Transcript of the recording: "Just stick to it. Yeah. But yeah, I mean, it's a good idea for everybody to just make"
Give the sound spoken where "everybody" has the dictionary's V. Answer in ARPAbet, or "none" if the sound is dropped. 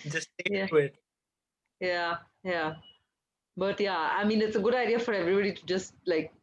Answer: V